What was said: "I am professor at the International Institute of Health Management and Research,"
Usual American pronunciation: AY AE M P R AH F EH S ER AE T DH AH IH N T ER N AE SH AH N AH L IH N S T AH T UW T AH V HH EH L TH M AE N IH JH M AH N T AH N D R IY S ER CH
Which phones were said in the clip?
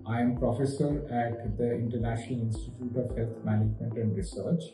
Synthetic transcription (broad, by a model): AY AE M P R AH F EH S ER AE T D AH IH N T ER N AE SH AH N AH L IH N S T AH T UW T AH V HH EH L T M AE N IH JH M AH N T AH N D R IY S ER CH